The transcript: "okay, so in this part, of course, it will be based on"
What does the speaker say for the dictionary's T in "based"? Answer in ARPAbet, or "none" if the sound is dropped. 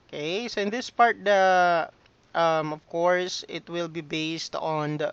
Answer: T